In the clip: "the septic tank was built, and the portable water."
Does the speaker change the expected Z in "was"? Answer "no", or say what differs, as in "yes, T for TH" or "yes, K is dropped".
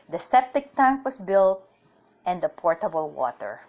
yes, S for Z